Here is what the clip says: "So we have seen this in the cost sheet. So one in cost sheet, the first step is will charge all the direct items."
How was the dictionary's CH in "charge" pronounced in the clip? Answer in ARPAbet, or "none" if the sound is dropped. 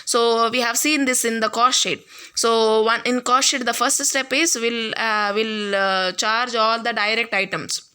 CH